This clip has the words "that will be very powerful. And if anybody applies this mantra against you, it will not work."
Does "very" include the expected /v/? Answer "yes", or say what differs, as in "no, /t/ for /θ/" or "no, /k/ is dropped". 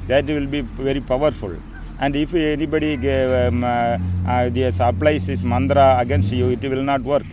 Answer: yes